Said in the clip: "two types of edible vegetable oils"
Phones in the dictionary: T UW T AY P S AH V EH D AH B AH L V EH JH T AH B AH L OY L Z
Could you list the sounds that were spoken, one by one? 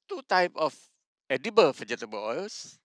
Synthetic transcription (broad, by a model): T UW T AY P AH F EH D AH B AH L F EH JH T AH B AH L OY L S